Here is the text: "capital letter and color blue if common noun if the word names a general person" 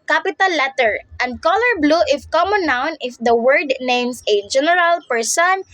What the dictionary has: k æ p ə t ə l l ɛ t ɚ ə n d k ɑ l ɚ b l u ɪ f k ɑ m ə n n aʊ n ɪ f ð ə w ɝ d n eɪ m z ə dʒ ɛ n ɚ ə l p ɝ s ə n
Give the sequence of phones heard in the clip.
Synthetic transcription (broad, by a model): k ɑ p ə t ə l l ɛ t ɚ ə n d k ɑ l ɚ b l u ɪ f k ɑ m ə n n aʊ n ɪ f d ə w ɝ d n eɪ m s ə dʒ ɛ n ɚ ə l p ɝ s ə n